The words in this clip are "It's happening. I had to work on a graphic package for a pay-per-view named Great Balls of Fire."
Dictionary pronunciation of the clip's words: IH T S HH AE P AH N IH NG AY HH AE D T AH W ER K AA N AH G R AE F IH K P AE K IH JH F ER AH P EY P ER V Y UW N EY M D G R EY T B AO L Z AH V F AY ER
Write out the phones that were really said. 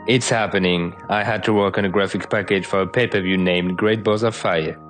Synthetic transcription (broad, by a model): IH T S HH AE P AH N IH NG AY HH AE D T AH W ER K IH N AH G R AE F IH K P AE K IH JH F ER AH P EY P ER V Y UW N EY M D G R EY T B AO Z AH F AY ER